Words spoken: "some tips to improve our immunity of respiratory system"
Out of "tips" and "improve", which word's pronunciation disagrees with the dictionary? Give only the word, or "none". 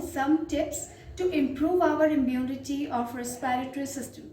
none